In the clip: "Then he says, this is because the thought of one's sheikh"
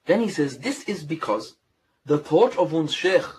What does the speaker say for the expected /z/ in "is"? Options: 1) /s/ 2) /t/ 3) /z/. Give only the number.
3